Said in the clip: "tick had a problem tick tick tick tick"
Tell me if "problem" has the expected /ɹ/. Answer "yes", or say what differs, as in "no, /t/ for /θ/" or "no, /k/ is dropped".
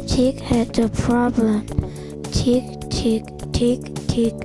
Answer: yes